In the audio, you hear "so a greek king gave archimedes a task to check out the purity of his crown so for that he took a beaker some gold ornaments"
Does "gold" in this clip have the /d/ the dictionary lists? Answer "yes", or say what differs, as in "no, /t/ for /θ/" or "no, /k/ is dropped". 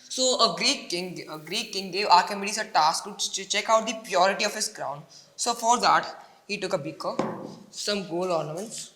no, /d/ is dropped